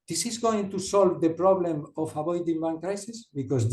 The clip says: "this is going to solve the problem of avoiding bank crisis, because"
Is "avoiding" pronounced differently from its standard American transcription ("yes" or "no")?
yes